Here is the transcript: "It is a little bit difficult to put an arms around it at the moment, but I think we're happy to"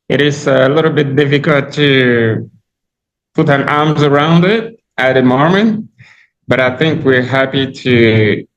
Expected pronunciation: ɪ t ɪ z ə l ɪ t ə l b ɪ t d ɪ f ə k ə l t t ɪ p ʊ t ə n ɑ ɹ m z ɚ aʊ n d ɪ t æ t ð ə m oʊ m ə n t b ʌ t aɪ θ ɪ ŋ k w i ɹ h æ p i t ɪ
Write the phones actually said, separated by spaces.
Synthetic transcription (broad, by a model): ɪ t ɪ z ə l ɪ t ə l b ɪ t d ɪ f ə k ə l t t ɪ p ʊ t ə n ɑ ɹ m z ɚ aʊ n d ɪ t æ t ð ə m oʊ m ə n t b ʌ t aɪ θ ɪ ŋ k w i ɹ h æ p i t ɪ